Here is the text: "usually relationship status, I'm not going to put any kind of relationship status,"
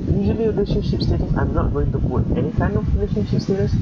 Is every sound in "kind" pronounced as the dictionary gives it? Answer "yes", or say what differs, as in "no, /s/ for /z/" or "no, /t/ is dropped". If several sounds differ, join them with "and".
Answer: no, /d/ is dropped